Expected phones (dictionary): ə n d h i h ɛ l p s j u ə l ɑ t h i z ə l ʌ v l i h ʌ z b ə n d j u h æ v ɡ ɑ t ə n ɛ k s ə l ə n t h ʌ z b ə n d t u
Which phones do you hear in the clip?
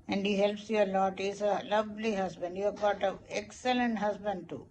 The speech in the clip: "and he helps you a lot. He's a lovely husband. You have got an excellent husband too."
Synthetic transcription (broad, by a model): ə n d h i h ɛ l p s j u ə l ɑ t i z ə l ʌ v l i h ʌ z b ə n d j u h æ v ɡ ɑ t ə ɛ k s ə l ə n t h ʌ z b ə n d t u